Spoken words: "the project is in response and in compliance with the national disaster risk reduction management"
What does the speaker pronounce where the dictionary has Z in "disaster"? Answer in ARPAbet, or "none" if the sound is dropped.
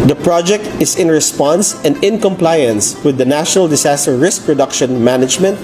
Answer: S